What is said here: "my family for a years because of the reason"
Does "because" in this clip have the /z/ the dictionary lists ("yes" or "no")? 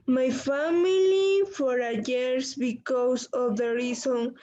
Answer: no